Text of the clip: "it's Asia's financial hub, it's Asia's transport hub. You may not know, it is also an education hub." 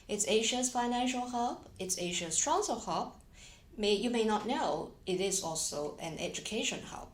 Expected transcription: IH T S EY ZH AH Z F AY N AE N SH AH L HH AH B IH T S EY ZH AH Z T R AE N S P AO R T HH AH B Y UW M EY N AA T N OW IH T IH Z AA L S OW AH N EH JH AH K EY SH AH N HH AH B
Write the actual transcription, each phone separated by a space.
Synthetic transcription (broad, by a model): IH T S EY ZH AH S F AY N AE N SH AH L HH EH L IH T S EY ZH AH S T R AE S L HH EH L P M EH Y UW M EY N AA T N OW IH T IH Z AA L S OW AH N EH JH AH K EY SH AH N HH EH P